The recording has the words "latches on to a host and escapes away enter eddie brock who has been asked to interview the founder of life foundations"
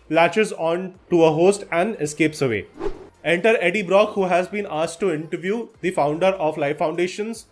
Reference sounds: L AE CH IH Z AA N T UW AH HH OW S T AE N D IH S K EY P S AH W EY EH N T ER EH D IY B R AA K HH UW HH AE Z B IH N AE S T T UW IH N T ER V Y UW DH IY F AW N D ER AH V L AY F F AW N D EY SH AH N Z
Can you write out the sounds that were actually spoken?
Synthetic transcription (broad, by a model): L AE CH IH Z AA N T UW AH HH OW S T AE N D IH S K EY P S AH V EY EH N T ER EH D IY B R AA K HH UW HH AE Z B IH N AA S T T UW IH N T ER V Y UW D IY F AW N D ER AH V L AY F F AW N D EY SH AH N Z